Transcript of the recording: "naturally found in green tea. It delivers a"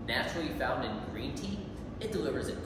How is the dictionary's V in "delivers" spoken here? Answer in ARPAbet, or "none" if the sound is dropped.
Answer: V